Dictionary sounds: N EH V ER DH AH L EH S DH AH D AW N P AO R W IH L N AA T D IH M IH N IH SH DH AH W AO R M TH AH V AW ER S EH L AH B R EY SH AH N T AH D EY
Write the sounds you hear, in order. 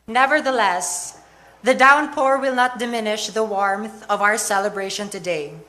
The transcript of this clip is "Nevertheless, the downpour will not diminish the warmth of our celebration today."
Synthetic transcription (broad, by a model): N EH V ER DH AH L EH S DH AH D AW N P AO R W IH L N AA T D IH M IH N IH SH DH AH W AO R M TH AH V AW ER S EH L AH B R EY SH AH N T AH D EY